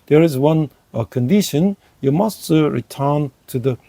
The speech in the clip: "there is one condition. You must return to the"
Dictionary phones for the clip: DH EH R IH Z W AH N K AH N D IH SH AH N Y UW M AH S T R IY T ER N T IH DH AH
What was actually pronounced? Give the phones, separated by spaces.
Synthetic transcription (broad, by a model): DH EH R IH Z W AH N K AH N D IH SH AH N Y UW M AH S T R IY T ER N T IH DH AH